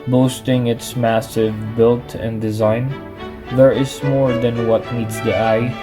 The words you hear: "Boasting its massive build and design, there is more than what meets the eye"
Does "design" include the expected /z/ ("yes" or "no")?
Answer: yes